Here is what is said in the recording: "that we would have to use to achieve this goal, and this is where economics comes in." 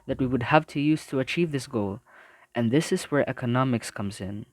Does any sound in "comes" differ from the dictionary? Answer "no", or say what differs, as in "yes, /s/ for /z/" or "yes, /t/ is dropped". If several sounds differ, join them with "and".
no